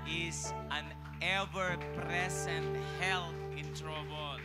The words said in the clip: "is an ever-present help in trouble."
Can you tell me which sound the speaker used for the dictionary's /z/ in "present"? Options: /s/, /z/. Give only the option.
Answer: /s/